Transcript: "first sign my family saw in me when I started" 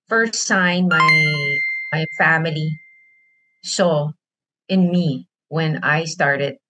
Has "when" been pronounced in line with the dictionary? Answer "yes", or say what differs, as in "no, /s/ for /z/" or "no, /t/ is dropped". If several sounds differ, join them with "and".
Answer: yes